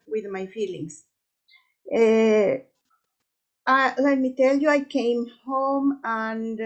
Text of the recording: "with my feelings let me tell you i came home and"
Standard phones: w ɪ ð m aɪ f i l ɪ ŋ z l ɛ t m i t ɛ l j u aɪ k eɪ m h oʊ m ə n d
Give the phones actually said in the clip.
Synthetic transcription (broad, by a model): w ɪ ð m aɪ f i l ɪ ŋ s l ɛ t m i t ɛ l j u aɪ k eɪ m h oʊ m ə n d